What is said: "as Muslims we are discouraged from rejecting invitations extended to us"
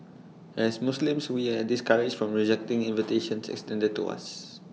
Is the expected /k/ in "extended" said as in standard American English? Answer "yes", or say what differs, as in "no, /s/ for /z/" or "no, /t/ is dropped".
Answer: yes